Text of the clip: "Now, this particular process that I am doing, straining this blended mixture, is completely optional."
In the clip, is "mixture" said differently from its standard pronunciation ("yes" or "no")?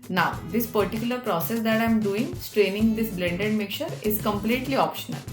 yes